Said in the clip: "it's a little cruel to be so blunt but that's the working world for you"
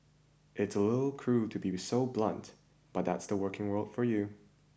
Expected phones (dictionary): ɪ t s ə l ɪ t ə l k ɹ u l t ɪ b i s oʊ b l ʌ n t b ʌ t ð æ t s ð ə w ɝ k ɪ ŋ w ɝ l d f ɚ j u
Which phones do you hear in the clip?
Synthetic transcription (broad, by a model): ɪ t s ə l ɪ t l k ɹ u t ɪ b i s oʊ b l ʌ n t b ʌ t ð æ t s ð ə w ɝ k ɪ ŋ w ɝ l d f ɚ j u